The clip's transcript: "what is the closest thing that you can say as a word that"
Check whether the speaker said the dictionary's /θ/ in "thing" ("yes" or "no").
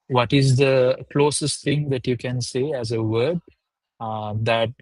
no